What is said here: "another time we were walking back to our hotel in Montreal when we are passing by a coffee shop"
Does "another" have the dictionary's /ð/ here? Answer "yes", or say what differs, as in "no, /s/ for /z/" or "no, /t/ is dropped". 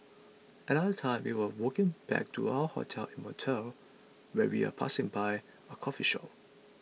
no, /ð/ is dropped